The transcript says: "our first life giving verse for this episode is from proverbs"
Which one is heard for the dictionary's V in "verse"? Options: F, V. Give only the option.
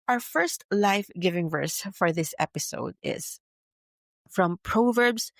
V